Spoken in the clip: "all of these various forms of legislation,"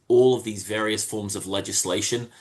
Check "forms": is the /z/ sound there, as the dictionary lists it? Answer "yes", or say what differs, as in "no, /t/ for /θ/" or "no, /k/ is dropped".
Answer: yes